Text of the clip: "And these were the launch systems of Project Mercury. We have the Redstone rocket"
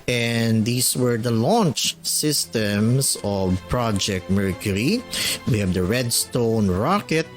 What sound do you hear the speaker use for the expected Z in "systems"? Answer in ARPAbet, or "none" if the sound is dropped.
S